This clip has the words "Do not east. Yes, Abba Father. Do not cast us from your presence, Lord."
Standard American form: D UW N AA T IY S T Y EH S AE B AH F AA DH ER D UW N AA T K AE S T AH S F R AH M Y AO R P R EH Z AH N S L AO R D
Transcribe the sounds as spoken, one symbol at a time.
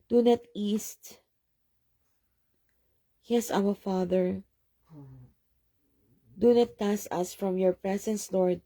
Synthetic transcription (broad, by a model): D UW N AA T IY S T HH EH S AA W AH F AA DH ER D UW N AA T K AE S AH S F R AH M Y AO R P R EH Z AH N S L AO R D